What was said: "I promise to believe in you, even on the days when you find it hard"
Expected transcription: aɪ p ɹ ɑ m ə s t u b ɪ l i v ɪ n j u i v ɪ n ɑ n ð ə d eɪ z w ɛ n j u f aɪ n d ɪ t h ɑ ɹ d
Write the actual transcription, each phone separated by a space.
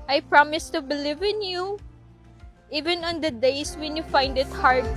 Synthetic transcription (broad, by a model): aɪ p ɹ ɑ m ə s t u b ɪ l i v ɪ n j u i v ɪ n ɑ n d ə d eɪ s w ɛ n j u f aɪ n d ɪ t h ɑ ɹ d